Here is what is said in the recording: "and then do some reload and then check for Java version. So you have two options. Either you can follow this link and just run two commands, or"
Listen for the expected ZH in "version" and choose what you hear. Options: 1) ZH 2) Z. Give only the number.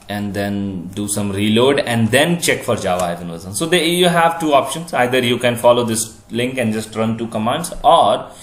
2